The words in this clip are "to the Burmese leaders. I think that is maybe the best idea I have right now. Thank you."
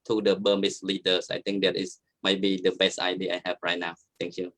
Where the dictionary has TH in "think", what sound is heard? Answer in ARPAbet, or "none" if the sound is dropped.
T